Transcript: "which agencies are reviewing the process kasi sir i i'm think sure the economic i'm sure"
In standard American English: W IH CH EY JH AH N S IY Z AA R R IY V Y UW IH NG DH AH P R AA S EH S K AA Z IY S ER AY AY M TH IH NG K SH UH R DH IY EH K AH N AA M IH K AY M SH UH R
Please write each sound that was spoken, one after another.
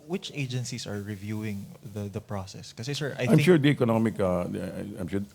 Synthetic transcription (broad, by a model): W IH CH EY JH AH N S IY S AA R R IY V Y UW IH NG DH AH P R AA S EH S K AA S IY S ER AY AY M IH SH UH R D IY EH K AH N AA M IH K AY M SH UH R